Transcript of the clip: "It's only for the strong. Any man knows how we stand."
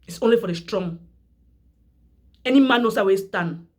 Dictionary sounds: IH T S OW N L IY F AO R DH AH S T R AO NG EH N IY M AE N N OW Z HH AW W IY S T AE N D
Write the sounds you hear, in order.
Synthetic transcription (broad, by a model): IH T S OW N L IY F AO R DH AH S T R AO NG EH N IY M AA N N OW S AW W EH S T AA N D